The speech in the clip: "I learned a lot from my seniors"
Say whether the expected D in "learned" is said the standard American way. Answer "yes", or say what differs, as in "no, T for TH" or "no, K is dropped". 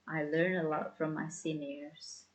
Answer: no, D is dropped